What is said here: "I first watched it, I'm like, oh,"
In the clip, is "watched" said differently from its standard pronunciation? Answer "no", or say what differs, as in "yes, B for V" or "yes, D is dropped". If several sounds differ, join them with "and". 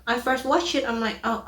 yes, T is dropped